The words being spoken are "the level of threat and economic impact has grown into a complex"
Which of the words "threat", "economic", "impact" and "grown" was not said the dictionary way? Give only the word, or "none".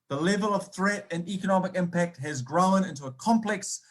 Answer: none